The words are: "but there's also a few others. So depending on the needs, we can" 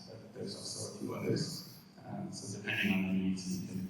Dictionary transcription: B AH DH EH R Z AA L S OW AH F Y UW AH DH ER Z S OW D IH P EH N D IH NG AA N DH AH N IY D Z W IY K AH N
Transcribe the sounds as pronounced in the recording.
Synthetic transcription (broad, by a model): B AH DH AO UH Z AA S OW AH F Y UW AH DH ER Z S OW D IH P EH N D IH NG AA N DH AH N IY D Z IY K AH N